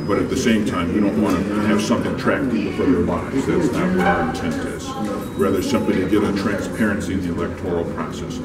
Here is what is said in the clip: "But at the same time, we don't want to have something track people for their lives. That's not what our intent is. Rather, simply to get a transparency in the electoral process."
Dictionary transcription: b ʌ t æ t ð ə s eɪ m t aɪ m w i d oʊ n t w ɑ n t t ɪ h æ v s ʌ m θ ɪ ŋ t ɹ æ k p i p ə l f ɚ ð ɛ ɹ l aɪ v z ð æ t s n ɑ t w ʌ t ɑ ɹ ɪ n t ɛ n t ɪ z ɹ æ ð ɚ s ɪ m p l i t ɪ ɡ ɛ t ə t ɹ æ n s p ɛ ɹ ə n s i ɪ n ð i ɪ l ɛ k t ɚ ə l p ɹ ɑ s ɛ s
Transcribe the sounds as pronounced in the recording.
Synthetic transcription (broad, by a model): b ʌ t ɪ t ð ə s eɪ m t aɪ m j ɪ d oʊ n t w ɑ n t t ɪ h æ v s ʌ m θ ɪ ŋ t ɹ æ k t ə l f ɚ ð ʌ ɹ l aɪ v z ð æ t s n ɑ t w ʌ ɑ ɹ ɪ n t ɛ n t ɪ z ɹ æ ð ɚ s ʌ m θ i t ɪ ɡ ɛ t ə t ɹ æ n s p ɛ ɹ ə n s i ɪ n ð i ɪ l ɛ k t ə l p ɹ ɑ s ɛ s